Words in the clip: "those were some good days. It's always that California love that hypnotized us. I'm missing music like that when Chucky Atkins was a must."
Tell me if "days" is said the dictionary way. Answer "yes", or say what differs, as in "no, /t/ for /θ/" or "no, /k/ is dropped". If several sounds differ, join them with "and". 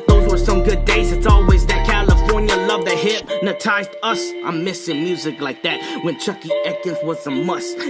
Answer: yes